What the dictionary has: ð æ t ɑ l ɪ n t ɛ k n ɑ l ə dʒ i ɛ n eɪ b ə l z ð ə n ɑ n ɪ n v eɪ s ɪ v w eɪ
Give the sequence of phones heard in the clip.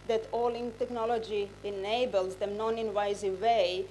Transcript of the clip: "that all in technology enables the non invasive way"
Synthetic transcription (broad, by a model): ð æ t ɑ l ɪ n t ɛ k n ɑ l ə dʒ i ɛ n eɪ b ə l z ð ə n ɑ n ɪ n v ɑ ɪ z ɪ eɪ